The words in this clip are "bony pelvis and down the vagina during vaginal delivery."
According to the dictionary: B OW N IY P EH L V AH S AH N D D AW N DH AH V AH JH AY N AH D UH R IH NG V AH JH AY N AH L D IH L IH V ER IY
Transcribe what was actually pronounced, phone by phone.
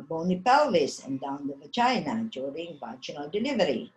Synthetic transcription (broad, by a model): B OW N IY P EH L AH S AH N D D AW N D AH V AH CH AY N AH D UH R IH NG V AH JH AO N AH L D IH L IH V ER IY